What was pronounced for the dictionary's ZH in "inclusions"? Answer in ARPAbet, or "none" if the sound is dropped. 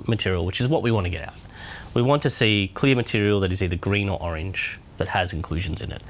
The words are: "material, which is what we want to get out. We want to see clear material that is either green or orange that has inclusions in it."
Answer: ZH